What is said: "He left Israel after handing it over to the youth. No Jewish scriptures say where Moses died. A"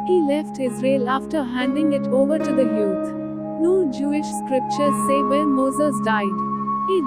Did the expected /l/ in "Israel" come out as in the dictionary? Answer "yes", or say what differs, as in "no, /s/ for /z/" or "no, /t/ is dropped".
yes